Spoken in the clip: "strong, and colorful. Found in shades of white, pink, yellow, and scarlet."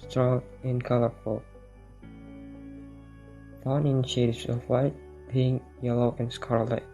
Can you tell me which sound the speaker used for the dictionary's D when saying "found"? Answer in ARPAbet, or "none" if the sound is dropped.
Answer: none